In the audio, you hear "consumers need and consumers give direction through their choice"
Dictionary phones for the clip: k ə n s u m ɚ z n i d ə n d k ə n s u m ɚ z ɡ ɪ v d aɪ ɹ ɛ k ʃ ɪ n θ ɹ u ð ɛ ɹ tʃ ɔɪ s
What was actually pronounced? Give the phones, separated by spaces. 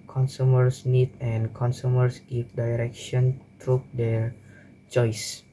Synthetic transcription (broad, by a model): k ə n s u m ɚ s n i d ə n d k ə n s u m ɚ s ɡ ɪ f d aɪ ɹ ɛ k ʃ ɪ n t ɹ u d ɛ ɹ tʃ ɔɪ s